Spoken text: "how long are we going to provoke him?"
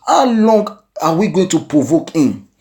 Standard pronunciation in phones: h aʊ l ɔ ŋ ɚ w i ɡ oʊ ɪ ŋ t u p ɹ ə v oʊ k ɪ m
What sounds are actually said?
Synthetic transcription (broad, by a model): h aʊ l ɔ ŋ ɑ w i ɡ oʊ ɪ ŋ t u p ɹ ə v oʊ k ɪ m